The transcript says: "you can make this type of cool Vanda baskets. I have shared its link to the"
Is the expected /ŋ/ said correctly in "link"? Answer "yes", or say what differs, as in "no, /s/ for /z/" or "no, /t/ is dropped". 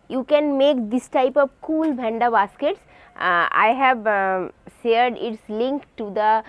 yes